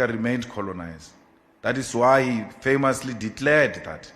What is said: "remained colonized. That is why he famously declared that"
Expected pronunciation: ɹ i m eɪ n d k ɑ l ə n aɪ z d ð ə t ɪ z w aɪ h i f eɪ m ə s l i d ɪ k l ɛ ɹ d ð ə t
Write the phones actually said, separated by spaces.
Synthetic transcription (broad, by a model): ɹ i m eɪ n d k ɑ l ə n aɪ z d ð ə t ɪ s w aɪ h i f eɪ m ə s l i d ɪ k l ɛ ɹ d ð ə t